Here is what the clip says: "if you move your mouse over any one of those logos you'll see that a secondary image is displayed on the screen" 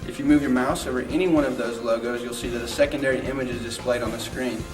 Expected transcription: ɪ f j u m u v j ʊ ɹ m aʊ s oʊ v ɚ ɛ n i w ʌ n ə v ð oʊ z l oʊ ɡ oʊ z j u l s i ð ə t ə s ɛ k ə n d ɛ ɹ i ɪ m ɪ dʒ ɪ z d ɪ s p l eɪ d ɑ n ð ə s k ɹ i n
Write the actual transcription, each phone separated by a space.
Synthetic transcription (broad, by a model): ɪ f j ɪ m u v j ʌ ɹ m aʊ s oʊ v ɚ ɛ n i w ʌ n ə v ð oʊ z l oʊ ɡ oʊ z j u l s i ð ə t ə s ɛ k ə n d ɛ ɹ i ɪ m ɪ dʒ ɪ z d ɪ s p l eɪ d n ð ə s k ɹ i n